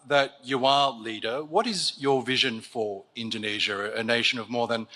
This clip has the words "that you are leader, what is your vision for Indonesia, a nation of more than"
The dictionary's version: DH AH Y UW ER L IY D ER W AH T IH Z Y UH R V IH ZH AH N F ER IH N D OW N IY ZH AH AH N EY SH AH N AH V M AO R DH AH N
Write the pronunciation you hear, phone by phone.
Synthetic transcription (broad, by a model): DH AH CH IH ER L IY D ER W AH T IH Z Y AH R V IH ZH AH N F ER IH N D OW N IY ZH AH AH N EY SH AH N AH V M AO R DH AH N